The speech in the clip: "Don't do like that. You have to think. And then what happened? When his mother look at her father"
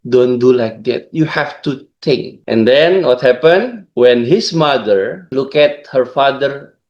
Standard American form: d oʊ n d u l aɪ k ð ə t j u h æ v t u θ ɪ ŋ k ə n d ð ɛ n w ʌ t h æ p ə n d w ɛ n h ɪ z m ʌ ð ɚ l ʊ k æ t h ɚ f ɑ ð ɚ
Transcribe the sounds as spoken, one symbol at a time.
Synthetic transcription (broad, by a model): d oʊ n d u l aɪ k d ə t j u h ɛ f t u t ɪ ŋ k ə n d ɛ n w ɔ t h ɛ p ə n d w ɛ n h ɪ s m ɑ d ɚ l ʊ k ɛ t h ɚ f ɑ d ɚ